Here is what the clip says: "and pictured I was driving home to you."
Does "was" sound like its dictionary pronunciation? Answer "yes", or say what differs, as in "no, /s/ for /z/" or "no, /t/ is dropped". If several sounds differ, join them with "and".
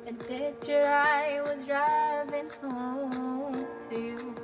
yes